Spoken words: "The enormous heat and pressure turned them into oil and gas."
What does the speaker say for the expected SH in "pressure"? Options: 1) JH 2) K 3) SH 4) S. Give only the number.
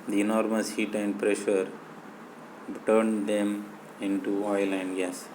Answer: 3